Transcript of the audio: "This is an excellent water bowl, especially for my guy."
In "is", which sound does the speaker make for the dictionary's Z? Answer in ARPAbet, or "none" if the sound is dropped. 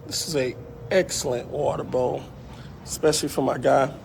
Z